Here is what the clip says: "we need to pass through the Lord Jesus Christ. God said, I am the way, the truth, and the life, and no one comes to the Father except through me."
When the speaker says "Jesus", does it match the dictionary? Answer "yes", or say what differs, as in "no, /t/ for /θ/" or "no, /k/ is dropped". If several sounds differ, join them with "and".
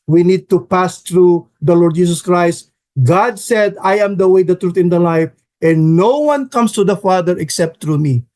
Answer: no, /s/ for /z/